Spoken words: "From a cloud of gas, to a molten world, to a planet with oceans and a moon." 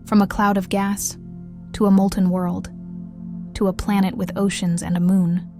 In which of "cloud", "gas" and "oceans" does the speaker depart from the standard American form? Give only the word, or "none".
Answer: none